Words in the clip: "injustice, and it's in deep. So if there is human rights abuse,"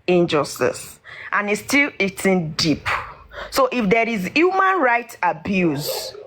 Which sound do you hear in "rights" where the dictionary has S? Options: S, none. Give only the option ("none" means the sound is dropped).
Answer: none